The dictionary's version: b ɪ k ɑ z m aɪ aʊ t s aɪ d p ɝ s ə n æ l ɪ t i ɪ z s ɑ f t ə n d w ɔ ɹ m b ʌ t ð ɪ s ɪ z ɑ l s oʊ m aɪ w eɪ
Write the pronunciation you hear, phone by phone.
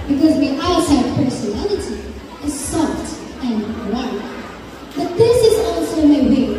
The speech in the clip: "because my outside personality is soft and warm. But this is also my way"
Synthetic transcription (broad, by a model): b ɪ k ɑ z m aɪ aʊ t aɪ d p ɝ s ə n æ l ɪ t i ɪ z s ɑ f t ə n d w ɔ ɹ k b ʌ t ð ɪ s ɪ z ɑ l s oʊ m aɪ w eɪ